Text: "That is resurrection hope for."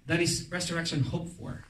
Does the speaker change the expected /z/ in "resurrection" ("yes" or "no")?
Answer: yes